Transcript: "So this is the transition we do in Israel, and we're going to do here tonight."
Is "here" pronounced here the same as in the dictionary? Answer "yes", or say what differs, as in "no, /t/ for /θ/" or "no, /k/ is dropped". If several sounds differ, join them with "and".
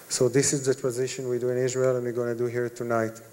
yes